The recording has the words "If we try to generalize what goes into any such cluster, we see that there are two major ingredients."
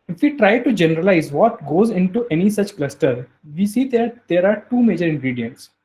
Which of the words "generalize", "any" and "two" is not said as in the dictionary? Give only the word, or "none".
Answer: none